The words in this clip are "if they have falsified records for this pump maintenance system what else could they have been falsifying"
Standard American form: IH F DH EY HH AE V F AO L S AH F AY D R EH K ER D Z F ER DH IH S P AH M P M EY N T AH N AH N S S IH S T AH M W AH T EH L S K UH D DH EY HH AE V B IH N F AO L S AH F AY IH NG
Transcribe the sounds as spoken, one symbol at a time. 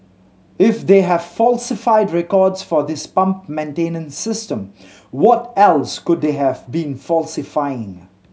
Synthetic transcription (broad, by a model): IH F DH EY HH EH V F AO L S AH F AY D R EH K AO D S F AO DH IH S P AH M P M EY N T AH N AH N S S IH S T AH M W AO T EH L S K UH D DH EY HH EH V B IH N F AO L S AH F AY IH NG